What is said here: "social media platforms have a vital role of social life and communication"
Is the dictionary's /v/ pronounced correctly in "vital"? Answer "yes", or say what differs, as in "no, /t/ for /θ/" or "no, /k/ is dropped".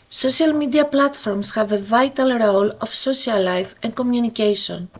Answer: yes